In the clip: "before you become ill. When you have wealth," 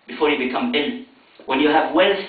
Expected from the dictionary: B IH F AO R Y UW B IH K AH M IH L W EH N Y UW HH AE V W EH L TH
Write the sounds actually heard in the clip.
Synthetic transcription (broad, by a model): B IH F AO R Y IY B IH K AH M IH N W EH N Y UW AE V W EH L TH